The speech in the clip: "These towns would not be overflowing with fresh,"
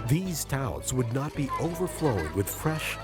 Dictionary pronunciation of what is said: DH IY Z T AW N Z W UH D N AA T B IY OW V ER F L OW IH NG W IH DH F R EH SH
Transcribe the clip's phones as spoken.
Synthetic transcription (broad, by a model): DH IY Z T AW Z W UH D N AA T B IY OW V ER F L OW IH NG W IH DH F R EH SH